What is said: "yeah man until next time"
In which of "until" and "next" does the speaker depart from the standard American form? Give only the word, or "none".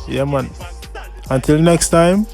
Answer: none